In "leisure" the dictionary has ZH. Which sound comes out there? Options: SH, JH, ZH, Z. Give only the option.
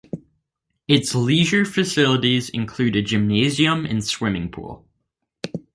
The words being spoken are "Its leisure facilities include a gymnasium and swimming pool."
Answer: ZH